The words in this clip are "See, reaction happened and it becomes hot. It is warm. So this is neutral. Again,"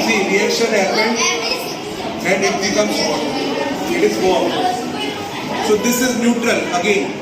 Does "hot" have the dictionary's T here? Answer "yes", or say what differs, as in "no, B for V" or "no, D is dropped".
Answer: no, T is dropped